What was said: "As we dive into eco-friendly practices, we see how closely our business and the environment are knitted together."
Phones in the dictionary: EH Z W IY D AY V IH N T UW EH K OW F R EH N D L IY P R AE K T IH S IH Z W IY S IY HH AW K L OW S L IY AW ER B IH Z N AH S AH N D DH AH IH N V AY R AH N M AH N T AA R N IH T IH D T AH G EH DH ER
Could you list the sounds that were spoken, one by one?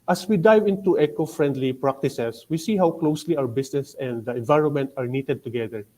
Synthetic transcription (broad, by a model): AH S W IY D AY V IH N T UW EH K OW F R EH N D L IY P R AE K T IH S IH S W IY S IY HH AW K L OW S L IY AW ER B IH S N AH S AH N D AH IH N V AY R AH N M AH N T AA R N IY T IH D T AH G EH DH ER